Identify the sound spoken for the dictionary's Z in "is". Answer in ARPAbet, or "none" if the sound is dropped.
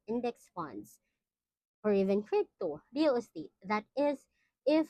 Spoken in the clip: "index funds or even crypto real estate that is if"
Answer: Z